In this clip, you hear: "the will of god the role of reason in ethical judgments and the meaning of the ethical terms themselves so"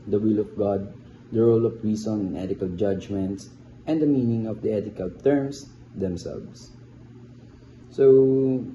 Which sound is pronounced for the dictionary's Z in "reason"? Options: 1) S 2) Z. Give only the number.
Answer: 1